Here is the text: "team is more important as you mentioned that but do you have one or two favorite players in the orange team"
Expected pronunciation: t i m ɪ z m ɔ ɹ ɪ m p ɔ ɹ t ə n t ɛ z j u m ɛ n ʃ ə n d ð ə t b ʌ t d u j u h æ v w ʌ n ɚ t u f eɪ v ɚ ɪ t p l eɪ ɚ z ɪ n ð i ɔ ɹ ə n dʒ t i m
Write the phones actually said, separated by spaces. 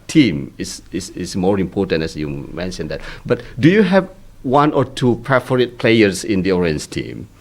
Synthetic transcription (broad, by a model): t i m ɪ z m ɔ ɹ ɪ m p ɔ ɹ t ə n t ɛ s j u m ɛ n ʃ ə n d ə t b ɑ t d u j u h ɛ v w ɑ n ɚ t u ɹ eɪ f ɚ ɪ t p l eɪ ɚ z ɪ n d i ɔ ɹ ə n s t i m